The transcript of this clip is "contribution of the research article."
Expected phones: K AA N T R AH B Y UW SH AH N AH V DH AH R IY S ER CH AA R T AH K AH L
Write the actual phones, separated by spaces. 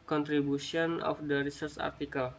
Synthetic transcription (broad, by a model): K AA N T R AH B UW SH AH N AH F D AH R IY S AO S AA R T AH K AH L